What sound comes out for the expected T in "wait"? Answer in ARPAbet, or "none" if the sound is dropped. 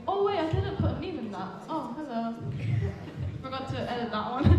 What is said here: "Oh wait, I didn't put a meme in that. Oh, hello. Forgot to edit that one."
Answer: none